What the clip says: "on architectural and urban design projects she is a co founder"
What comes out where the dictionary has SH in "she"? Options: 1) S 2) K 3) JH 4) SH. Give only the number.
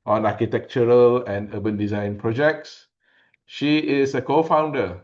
4